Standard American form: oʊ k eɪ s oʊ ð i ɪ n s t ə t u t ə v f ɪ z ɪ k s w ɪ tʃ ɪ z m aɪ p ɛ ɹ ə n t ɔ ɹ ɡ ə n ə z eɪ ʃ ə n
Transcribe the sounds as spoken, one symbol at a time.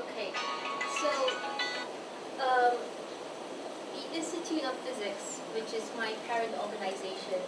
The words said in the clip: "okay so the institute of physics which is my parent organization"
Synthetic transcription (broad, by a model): oʊ k eɪ s oʊ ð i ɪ s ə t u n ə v f ɪ z ɪ k s w ɪ tʃ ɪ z m aɪ p ɛ ɹ ə n t ɔ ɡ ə n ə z eɪ ʃ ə n